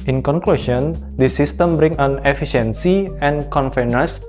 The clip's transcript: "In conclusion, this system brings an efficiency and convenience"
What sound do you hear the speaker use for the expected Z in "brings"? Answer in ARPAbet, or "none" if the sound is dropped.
none